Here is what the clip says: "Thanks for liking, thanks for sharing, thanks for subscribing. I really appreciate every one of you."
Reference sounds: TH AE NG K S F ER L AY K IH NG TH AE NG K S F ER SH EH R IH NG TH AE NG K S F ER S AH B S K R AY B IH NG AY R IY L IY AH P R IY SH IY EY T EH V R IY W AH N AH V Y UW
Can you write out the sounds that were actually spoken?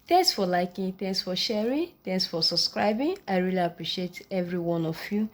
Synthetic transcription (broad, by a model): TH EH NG K S F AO L AY K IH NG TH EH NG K S F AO SH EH R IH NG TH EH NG K S F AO S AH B S K R AY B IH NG AY R IY L IY AH P R IY SH IY EY T EH V R IY W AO N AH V Y UW